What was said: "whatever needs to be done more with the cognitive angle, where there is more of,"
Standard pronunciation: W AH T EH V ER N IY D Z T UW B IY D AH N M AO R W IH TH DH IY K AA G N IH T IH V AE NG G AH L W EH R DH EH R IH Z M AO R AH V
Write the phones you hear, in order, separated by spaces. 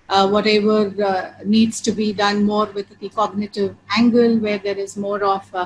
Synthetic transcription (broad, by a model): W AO T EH V ER N IY D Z T UW B IY D AH N M AO R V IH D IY K AA G N IH T IH V AE NG G AH L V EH R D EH R IH Z M AO R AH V